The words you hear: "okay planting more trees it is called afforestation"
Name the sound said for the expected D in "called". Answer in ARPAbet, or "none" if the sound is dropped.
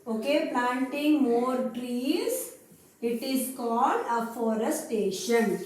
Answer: D